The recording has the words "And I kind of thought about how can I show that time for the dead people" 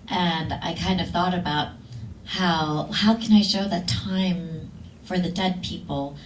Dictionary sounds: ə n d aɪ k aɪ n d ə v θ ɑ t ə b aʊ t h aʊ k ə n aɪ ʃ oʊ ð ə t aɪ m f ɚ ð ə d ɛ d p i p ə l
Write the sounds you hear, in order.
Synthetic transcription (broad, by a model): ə n aɪ k aɪ n d ə v θ ɑ t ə b aʊ t h aʊ k ə n aɪ ʃ oʊ ð ə t aɪ m f ɚ ð ə d ɛ d p i p l